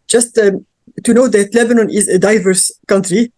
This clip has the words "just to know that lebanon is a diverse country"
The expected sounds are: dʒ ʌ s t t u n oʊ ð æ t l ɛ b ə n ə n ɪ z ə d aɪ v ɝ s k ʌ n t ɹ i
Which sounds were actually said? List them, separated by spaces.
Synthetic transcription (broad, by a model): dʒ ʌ s t t u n oʊ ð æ t l ɛ b ə n ə n ɪ z ə d aɪ v ɝ s k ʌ n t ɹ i